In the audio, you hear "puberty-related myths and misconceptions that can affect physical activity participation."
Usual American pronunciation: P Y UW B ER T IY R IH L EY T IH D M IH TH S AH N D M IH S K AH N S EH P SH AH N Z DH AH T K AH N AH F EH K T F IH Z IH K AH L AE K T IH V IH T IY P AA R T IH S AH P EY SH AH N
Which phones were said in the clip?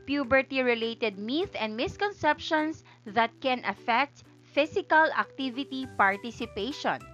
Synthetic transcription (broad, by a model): P Y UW B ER T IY R IH L EY T IH D M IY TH AH N D M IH S K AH N S EH P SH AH N S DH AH T K AH N AH F EH K T F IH S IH K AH L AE K T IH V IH T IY P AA R T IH S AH P EY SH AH N